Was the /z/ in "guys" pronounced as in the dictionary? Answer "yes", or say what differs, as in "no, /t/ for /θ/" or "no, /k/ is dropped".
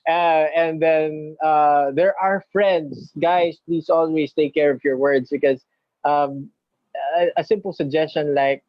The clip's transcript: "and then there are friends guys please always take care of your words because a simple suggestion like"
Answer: no, /s/ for /z/